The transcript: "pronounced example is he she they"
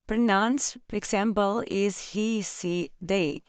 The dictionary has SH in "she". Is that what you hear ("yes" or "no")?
no